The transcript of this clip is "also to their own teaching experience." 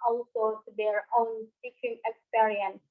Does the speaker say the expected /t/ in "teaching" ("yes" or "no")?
no